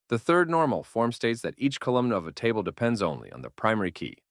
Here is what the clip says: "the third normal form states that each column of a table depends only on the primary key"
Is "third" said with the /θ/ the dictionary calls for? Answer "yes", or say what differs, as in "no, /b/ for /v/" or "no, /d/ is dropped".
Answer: yes